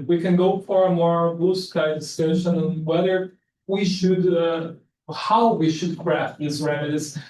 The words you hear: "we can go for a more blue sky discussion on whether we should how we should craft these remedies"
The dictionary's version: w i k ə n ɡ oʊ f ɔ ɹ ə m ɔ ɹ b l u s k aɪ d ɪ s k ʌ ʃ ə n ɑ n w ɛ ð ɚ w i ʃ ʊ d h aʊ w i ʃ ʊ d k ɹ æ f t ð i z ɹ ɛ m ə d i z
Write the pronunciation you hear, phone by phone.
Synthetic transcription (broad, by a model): w i k ə n ɡ oʊ f ɔ ɹ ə m ɔ ɹ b u s k aɪ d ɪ s ɛ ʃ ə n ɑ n w ɛ ð ɚ w i ʃ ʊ d h aʊ w i ʃ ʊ d k ɹ æ f t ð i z ɹ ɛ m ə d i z